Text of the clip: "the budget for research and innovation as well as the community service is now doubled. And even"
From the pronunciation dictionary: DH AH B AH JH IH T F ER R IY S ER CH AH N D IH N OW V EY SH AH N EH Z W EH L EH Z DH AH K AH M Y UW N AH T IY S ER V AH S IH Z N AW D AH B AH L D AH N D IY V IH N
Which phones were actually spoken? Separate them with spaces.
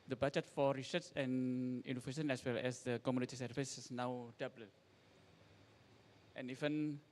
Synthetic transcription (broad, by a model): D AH B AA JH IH T F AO R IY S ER S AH N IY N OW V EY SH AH N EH S W EH L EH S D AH K AH M Y UW N AH T IY S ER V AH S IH S N AW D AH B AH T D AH N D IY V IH N